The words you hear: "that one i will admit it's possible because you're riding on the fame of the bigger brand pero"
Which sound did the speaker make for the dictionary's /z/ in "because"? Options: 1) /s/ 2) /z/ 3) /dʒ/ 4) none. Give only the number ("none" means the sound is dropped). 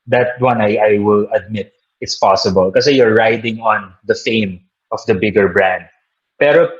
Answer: 4